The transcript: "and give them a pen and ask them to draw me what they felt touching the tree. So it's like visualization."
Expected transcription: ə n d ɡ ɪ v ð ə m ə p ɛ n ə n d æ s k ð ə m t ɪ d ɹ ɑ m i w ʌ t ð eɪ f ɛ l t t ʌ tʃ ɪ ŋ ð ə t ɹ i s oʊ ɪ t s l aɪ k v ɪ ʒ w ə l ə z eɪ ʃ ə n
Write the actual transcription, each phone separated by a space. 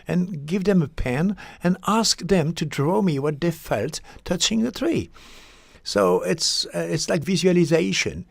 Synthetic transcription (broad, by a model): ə n ɡ ɪ v ð ə m ə p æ n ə n æ s k ð ə m t ɪ d ɹ ɑ m i w ʌ t ð eɪ f ɛ l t t ʌ tʃ ɪ ŋ ð ə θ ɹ i s oʊ ɪ t s l aɪ k v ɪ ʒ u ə l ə z eɪ ʃ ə n